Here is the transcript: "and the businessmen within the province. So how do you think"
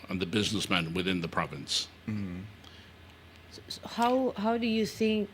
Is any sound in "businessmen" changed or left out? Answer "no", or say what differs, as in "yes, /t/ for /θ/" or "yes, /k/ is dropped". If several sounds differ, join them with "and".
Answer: no